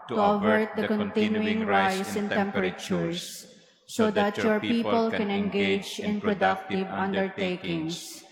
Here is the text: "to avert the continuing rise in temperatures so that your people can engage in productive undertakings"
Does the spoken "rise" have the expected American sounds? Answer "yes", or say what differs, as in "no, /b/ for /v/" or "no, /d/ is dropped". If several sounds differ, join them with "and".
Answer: no, /s/ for /z/